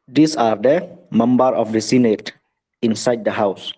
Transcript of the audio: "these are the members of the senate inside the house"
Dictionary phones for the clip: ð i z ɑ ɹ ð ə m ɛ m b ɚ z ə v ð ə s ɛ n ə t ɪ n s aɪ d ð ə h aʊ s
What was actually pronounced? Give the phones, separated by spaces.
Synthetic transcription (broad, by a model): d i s ɑ ɹ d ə m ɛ m b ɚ ə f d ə s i n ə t ɪ n s aɪ d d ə h aʊ s